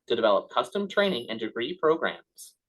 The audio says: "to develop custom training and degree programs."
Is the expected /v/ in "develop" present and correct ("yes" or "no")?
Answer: yes